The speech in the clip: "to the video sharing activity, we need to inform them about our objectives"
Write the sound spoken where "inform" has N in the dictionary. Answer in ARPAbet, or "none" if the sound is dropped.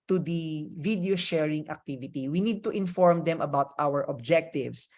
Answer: N